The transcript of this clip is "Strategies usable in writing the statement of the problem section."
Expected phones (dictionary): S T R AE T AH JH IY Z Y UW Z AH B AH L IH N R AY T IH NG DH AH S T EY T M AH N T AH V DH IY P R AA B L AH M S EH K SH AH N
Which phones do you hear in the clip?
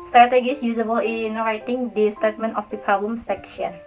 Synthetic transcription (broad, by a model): S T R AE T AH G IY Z Y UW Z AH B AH L IH N R AY T IH NG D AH S T EY T M AH N T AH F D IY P AA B AH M S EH K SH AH N